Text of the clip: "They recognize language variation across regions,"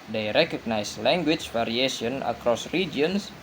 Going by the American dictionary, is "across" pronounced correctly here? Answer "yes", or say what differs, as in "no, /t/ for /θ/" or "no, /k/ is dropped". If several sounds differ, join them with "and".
yes